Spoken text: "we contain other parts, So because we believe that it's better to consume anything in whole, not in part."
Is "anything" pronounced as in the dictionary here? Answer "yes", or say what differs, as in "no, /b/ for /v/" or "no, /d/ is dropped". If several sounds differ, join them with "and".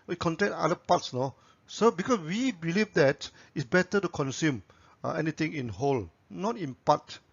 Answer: no, /t/ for /θ/